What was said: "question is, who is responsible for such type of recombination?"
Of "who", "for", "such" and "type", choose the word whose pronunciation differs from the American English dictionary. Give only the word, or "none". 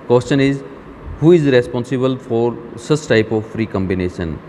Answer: such